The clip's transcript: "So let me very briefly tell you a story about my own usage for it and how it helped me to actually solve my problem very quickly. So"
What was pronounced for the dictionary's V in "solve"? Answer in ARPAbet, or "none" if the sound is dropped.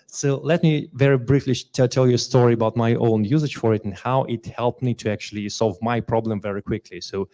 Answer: V